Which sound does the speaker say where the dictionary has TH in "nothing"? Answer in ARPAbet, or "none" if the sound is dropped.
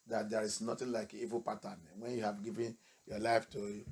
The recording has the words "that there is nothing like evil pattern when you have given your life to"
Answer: T